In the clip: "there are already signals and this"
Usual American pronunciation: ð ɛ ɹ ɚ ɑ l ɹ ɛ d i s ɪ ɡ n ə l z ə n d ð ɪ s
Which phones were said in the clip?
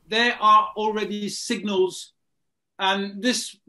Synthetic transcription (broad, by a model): ð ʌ ɹ ɚ ɑ l ɹ ɛ d i s ɪ ɡ n ə l z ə n ð ɪ s